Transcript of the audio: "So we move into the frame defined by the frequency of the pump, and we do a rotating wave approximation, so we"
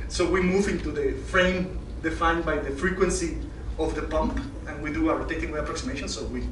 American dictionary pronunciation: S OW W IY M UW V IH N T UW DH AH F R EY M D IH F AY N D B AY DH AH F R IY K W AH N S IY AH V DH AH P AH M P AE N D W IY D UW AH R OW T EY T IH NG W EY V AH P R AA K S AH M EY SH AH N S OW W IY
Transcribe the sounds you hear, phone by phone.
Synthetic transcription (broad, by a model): S OW W IY M UW V IH N T UW DH AH F R EY M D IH F AY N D B AY DH AH F R IY K W AH N S IY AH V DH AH P AH M P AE N W IY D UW AH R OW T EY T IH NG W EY AH P R AA K S AH M EY SH AH N S OW W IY